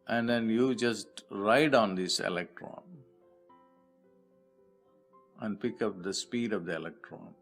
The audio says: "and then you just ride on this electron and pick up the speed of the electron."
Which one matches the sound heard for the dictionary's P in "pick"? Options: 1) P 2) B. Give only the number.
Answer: 1